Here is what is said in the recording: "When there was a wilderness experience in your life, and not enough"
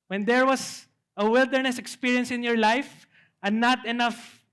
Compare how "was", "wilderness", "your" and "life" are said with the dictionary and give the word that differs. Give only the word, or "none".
was